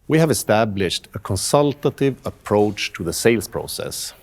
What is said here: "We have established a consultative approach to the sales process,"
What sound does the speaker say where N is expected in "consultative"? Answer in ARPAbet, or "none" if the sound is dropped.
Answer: N